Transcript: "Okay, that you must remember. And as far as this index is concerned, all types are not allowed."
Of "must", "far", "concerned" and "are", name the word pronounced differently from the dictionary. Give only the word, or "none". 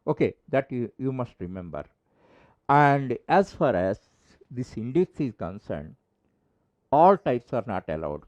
none